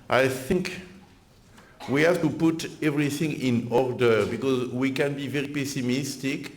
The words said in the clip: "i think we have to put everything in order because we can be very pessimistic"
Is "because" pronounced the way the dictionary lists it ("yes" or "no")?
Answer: yes